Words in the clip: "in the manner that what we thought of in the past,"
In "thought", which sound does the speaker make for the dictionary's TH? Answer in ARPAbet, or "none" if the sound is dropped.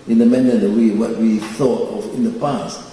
TH